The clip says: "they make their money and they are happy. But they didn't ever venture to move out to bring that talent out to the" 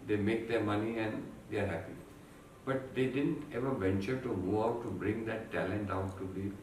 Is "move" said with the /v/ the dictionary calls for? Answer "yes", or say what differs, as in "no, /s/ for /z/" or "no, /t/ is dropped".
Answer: no, /v/ is dropped